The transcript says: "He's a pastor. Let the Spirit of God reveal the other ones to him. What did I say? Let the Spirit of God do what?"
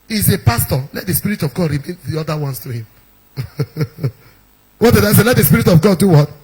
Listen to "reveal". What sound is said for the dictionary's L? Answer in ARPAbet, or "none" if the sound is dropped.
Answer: N